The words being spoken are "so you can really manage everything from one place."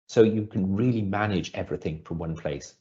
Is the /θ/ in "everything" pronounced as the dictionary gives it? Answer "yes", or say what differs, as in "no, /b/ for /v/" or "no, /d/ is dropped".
yes